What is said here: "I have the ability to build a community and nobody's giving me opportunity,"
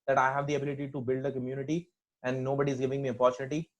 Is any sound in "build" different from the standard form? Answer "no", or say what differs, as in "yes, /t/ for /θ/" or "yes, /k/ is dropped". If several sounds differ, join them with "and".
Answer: no